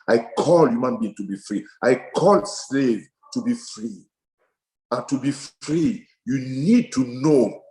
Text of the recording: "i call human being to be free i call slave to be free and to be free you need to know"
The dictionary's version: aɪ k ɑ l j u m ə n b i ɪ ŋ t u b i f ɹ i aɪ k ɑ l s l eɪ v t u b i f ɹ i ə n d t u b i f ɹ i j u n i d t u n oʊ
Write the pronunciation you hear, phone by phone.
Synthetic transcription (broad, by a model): aɪ k ɑ l j u m ə n b i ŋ t u b i f ɹ i aɪ k ɑ l s l eɪ v t u b i f ɹ i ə n t u b i f ɹ i j u n i d t u n oʊ